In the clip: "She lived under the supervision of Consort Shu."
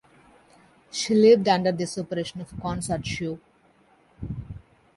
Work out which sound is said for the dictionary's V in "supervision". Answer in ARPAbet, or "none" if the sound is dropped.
none